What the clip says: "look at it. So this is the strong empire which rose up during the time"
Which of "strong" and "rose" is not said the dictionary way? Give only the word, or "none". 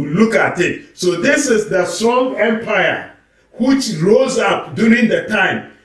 none